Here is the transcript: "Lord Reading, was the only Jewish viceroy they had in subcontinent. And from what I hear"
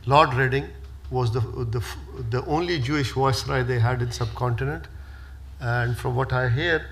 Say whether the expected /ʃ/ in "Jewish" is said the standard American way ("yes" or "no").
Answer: yes